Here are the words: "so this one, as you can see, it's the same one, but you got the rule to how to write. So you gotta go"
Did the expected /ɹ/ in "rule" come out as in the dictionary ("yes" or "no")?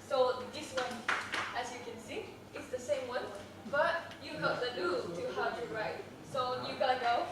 no